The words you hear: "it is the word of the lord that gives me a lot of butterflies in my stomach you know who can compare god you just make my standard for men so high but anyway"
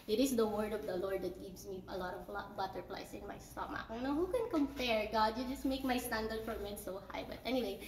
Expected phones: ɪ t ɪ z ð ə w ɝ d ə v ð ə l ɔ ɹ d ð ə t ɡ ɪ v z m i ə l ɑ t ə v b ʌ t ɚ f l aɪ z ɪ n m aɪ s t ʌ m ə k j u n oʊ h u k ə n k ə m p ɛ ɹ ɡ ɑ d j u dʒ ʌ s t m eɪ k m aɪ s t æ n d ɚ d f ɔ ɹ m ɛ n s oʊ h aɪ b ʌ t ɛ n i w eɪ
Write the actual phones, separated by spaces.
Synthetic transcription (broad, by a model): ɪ t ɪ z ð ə w ɝ d ə v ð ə l ɔ ɹ d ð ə t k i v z m i ə l ɑ t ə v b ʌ t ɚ p l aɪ s ɪ n m aɪ s t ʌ m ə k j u n oʊ h u k ə n k ə m p ɛ ɹ ɡ ɑ d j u dʒ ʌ s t m eɪ k m aɪ s t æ n d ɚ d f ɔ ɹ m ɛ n s oʊ h aɪ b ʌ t ɛ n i w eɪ